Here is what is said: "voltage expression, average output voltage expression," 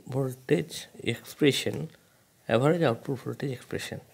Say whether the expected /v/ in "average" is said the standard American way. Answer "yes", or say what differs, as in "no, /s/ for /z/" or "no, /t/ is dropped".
no, /b/ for /v/